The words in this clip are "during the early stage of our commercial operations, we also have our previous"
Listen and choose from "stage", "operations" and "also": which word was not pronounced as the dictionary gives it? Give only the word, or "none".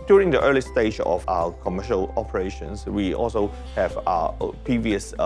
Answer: operations